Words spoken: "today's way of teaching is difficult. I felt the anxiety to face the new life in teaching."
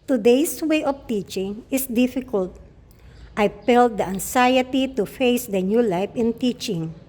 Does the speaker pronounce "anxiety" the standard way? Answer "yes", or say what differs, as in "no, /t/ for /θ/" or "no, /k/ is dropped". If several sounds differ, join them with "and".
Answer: no, /s/ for /z/